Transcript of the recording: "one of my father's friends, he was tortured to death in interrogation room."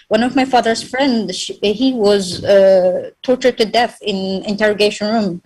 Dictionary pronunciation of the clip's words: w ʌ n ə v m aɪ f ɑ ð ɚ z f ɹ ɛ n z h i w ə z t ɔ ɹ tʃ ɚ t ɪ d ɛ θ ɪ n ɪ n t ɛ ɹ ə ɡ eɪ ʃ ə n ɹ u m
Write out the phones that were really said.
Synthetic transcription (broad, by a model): w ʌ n ə v m aɪ f ɑ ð ɚ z f ɹ ɛ n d h i w ə z t ɔ ɹ tʃ ɚ t ɪ d ɛ θ ɪ n ɪ n t ɛ ɹ ə ɡ eɪ ʃ ə n ɹ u m